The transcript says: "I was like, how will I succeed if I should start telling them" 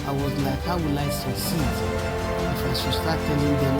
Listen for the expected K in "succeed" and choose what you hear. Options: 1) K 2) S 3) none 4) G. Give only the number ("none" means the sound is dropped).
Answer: 3